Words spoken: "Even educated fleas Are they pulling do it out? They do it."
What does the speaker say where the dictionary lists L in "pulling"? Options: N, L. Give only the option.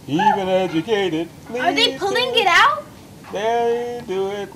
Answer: L